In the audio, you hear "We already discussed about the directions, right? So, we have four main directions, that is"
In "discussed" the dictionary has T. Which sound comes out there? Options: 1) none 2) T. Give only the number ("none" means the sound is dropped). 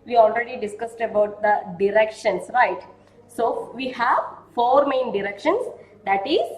2